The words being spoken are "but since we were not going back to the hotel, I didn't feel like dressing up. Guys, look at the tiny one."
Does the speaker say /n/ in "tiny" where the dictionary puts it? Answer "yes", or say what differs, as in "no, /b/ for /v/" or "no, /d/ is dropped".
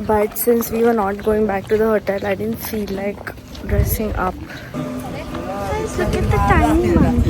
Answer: no, /n/ is dropped